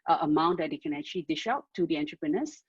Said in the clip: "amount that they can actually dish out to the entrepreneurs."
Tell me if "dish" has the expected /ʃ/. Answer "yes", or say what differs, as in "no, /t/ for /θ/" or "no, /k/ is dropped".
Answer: yes